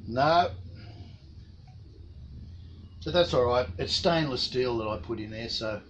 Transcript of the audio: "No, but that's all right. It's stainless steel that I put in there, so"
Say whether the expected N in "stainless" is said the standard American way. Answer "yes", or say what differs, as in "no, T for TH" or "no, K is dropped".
yes